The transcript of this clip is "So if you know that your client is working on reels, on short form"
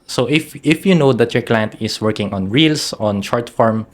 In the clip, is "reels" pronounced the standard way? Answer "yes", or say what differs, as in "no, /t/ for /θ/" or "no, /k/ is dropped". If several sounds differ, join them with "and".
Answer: no, /s/ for /z/